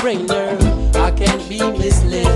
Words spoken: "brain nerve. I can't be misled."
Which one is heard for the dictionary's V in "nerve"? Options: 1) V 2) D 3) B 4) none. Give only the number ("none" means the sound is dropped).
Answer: 4